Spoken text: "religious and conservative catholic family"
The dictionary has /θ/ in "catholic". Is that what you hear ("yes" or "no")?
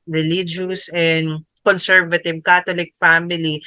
no